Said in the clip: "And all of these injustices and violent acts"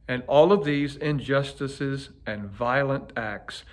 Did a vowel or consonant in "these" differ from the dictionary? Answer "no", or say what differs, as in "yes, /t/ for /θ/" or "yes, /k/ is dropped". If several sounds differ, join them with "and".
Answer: no